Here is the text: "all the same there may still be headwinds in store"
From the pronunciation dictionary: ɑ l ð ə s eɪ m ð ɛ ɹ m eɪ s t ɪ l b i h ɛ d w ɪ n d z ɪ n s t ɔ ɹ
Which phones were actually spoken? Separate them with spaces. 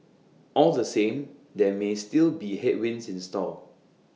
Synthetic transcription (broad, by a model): ɑ l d ə s eɪ m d ɛ m eɪ s t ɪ l b i h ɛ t w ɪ n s ɪ n s t ɔ l